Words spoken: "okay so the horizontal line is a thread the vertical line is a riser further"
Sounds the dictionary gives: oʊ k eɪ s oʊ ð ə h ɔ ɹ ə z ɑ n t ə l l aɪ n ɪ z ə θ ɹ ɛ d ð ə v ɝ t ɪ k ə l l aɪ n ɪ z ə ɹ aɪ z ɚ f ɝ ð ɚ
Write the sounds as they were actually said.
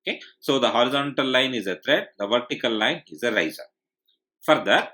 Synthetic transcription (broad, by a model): k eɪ s oʊ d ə h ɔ ɹ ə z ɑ n t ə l l aɪ n ɪ z ə t ɹ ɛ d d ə v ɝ t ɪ k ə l l aɪ n ɪ z ə ɹ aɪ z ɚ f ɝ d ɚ